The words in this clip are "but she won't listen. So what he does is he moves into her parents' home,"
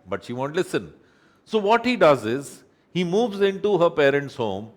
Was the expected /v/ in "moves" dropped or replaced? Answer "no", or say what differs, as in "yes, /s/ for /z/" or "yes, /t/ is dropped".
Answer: no